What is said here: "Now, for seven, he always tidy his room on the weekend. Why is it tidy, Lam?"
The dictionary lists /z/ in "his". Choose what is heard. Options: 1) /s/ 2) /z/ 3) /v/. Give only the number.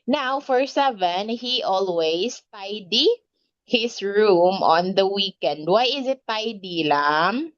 1